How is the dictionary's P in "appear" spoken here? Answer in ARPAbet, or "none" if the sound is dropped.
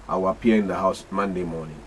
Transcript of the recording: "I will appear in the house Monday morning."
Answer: none